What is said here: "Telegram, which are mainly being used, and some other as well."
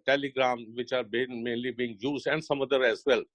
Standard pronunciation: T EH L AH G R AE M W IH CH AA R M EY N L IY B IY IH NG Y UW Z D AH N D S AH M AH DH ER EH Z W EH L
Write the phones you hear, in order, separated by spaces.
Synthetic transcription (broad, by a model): T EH L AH G R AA M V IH CH AA R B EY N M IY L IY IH NG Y UW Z AH N D S AH M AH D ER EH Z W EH L